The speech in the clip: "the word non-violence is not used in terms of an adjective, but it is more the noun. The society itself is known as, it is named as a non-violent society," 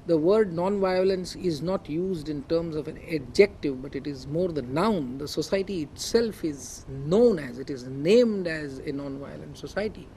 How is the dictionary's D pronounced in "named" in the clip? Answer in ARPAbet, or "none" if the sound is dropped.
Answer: D